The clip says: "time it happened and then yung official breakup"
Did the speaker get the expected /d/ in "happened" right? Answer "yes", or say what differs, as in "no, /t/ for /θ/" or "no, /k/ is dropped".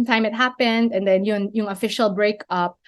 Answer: yes